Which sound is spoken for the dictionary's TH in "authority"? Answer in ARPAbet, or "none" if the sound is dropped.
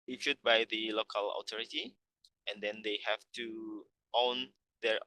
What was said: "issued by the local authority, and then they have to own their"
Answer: T